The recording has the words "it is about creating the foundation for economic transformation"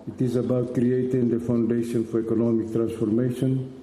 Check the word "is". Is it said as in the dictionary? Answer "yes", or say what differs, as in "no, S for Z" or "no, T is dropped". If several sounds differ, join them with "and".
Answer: yes